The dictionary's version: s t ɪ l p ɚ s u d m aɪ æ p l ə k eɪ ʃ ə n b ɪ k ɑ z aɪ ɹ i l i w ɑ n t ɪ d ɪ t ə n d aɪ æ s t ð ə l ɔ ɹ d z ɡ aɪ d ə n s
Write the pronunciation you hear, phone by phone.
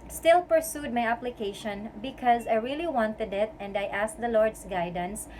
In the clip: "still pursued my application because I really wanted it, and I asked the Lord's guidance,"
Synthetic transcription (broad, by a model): s t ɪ l p ɚ s u d m aɪ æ p l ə k eɪ ʃ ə n b ɪ k ɑ z aɪ ɹ i l i w ɑ n t ɪ d ɪ t ə n d aɪ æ s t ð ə l ɔ ɹ d s ɡ aɪ d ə n s